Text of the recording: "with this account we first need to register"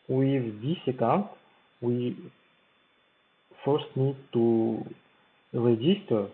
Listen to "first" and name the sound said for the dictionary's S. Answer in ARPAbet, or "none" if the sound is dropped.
S